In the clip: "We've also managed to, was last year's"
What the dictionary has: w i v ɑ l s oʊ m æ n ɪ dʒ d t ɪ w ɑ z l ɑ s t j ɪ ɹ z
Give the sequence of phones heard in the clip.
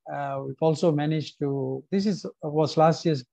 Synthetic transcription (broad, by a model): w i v ɑ l s oʊ m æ n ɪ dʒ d s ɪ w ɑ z l ɑ s t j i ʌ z